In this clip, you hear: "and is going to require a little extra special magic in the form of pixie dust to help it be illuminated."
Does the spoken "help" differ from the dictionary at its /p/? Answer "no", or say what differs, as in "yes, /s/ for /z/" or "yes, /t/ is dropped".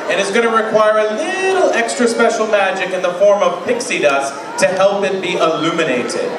no